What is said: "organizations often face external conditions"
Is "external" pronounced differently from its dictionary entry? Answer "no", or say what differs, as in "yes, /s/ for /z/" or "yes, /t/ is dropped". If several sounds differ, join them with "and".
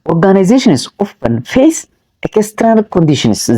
yes, /n/ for /l/